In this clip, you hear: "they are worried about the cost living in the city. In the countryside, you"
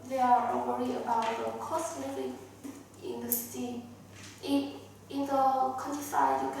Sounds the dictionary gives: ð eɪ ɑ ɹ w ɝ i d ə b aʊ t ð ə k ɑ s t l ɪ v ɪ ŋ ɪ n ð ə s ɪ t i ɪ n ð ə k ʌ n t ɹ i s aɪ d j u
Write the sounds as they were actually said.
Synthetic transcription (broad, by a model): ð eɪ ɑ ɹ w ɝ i ə b aʊ t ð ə k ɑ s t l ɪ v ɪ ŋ ɪ n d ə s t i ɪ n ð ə k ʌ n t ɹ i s aɪ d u